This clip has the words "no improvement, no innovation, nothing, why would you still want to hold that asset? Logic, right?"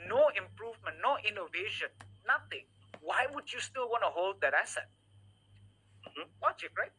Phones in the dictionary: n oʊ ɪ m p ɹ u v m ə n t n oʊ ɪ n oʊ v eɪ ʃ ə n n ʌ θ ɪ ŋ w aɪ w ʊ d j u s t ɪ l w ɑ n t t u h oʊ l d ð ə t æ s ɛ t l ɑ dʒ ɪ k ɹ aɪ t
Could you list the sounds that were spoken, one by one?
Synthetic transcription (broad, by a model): n oʊ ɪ m p ɹ u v m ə n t n oʊ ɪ n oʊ v eɪ ʃ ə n n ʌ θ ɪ ŋ w aɪ w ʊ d j u s t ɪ l w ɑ n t t u h oʊ l d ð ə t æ s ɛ t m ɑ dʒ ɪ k ɹ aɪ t